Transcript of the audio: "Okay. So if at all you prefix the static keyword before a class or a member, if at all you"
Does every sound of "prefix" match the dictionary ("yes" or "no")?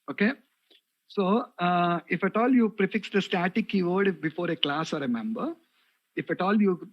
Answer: yes